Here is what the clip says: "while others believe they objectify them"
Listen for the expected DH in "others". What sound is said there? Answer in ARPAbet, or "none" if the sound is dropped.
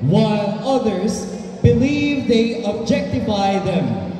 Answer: DH